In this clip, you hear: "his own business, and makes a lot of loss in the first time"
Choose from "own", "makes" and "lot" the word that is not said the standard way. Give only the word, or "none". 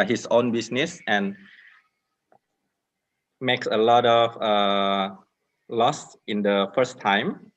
none